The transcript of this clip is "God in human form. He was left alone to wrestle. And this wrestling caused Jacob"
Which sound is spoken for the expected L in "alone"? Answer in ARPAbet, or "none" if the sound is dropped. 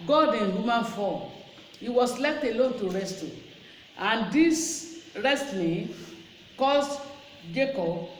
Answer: L